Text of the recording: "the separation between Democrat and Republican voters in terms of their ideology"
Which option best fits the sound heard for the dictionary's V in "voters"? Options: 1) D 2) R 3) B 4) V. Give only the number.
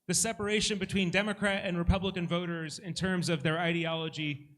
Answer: 4